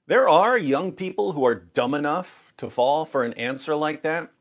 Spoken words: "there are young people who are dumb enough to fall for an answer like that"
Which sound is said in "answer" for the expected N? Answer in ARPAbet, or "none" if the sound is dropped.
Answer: N